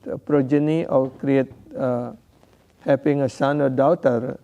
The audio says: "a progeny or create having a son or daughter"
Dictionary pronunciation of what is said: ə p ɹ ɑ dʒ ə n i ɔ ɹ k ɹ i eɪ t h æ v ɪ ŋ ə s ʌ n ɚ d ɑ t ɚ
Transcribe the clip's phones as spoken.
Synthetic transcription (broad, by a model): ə p ɹ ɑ dʒ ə n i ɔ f k ɹ i eɪ t h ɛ p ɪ ŋ ə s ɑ n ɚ d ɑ t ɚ